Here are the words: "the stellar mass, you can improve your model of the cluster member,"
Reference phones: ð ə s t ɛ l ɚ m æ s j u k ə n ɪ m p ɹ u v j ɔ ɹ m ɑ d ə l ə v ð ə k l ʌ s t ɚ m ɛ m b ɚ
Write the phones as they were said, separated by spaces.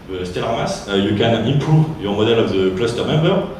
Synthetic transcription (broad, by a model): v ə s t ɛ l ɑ m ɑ s j u k ə n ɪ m p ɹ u v j ɔ ɹ m ɑ d ə l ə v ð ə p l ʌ s t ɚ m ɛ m b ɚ